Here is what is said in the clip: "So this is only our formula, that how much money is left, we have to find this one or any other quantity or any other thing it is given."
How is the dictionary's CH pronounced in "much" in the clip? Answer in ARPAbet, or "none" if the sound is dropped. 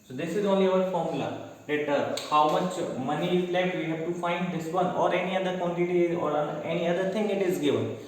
CH